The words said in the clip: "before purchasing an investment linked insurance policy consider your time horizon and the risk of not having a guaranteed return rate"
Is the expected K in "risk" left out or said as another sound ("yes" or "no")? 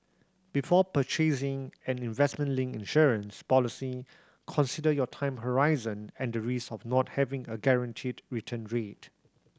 yes